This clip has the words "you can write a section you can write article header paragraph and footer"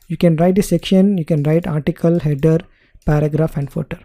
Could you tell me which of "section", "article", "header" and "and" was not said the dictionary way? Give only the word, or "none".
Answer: none